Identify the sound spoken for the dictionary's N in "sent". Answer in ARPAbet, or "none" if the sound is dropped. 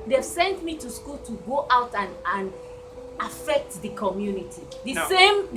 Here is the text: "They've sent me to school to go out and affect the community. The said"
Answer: N